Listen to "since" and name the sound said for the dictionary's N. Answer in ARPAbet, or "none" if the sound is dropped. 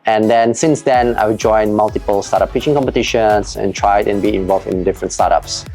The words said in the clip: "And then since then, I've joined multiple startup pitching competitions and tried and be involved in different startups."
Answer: N